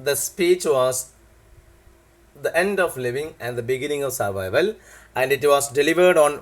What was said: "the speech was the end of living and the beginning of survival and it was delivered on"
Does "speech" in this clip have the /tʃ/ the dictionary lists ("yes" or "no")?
yes